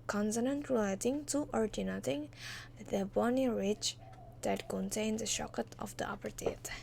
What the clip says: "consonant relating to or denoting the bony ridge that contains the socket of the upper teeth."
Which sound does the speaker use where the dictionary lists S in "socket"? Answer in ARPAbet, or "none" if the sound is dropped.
SH